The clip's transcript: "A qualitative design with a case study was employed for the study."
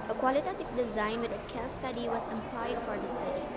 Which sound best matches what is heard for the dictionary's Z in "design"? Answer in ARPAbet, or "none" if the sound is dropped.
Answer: Z